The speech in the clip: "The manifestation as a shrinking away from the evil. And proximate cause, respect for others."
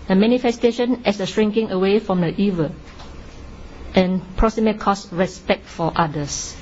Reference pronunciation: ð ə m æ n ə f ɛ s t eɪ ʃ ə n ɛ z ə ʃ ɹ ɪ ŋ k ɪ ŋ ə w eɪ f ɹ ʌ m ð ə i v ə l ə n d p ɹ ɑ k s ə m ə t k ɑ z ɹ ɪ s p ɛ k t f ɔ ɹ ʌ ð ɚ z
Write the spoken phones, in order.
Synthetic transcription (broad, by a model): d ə m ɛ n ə f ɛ s t eɪ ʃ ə n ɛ s ə ʃ ɹ ɪ ŋ k ɪ ŋ ə w eɪ f ɹ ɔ m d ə i v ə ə n p ɹ ɑ k s ə m ə t k ɑ s ɹ ɪ s p ɛ k t f ɔ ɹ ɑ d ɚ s